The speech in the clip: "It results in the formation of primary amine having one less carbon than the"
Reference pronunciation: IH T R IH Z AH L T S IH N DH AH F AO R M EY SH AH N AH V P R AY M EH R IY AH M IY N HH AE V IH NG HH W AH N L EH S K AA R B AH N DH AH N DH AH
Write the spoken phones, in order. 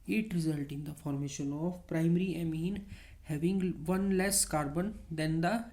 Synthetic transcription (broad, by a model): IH T R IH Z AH L T IH N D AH F AO R M EY SH AH N AH V P R AY M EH R IY AH M IY N HH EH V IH NG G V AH N L EH S K AA R B AH N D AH N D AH